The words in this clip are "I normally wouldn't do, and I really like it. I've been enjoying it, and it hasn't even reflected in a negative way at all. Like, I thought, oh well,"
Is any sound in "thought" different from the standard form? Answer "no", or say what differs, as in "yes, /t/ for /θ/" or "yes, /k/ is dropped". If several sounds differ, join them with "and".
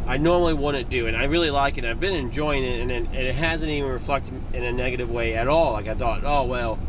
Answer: no